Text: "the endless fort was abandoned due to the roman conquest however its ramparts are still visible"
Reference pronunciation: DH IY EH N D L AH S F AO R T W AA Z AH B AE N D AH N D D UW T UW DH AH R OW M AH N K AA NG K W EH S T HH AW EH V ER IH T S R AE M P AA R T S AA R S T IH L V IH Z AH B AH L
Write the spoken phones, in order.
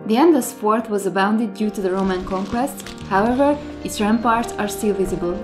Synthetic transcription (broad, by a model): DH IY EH N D AH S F AO R T W AA Z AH B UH N D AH D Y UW T UW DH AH R OW M AH N K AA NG K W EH S T HH AW EH V ER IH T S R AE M P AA R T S AA R S T IH L V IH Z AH B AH L